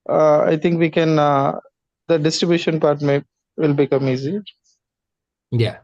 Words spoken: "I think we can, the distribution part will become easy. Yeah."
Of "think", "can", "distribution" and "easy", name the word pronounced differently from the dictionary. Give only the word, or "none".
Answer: think